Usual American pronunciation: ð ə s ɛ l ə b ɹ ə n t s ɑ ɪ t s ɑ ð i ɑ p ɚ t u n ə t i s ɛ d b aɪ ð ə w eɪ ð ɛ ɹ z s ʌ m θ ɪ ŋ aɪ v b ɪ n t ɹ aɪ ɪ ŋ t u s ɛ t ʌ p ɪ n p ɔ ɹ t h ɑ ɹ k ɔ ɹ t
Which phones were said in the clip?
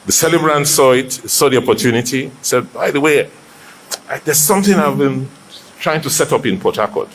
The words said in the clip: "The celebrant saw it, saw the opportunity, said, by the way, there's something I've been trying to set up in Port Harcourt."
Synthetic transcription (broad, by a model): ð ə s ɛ l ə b ɹ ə n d s ɑ ɪ t s ɑ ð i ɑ p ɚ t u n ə t i s ɛ d b aɪ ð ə w eɪ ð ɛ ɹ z s ʌ m θ ɪ ŋ aɪ v b ɪ n t ɹ aɪ ɪ ŋ t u s ɛ t ʌ p ɪ n p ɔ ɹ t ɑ k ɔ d